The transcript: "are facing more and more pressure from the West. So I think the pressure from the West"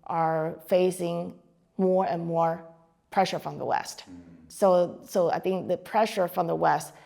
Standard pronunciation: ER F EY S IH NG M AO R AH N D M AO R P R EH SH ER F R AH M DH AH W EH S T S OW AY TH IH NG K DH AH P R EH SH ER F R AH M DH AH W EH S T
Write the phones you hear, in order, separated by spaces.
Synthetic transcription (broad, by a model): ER F EY S IH NG M AO R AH N M AO R P R EH SH ER F R AH M DH AH W EH S T S OW AY TH IH NG K DH AH P R EH SH ER F R AH M DH AH W EH S T